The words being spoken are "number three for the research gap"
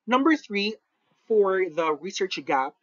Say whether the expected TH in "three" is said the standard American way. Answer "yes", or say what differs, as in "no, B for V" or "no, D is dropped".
yes